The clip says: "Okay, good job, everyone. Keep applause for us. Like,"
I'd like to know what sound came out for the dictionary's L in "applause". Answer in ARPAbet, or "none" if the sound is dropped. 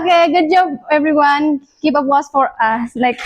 W